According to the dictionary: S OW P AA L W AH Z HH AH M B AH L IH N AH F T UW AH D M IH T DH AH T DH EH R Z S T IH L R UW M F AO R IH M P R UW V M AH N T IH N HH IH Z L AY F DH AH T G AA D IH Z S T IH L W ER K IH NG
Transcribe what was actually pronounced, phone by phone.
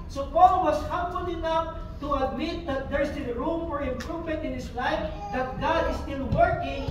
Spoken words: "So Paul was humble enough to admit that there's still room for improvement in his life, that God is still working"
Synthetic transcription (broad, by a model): S OW P AA L W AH S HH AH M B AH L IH N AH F T UW AH D M IH T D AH T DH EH R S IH N R UW M F AO R IH M P R UW V M AH N T IH N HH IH S L AY F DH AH T G AA D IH S T IH L W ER K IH NG